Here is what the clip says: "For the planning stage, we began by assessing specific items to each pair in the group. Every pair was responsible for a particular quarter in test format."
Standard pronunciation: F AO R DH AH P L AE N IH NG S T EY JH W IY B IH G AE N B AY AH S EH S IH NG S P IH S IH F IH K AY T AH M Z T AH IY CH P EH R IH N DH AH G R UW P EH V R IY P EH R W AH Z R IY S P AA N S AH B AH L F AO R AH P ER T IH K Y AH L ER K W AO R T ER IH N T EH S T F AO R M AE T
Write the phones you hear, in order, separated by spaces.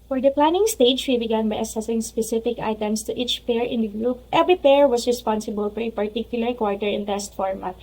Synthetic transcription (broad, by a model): F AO R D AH P L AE N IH NG S T EY JH W IY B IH G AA N B AY AH S EH S IH NG S P IH S IH F IH K AY T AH M S T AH IY CH P EH R IH N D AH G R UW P EH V R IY P EH R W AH S R IY S P AA N S AH B AH L F AO R AH P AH T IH K Y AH L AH K W AO R T ER IH N T EH S T F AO R M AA T